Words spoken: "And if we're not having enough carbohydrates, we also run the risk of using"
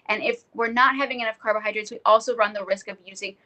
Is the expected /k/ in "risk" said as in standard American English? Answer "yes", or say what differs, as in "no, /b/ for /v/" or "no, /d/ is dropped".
yes